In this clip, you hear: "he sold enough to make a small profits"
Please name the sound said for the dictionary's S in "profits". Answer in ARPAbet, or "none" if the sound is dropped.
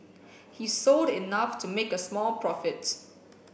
none